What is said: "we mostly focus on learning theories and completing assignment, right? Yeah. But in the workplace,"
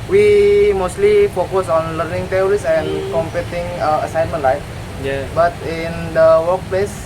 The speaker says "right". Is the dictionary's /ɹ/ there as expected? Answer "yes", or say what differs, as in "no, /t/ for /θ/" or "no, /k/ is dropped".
no, /l/ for /ɹ/